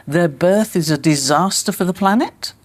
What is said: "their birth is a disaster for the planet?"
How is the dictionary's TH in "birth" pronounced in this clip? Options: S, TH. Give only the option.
TH